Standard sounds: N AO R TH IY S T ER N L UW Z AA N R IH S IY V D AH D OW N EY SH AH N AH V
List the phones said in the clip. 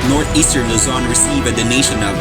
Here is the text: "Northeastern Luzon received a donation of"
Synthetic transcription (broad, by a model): N AO R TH IY S T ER N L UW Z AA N R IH S IY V AH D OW N EY SH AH N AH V